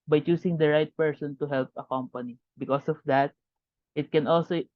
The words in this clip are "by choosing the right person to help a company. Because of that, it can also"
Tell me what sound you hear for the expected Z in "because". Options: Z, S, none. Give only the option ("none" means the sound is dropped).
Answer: S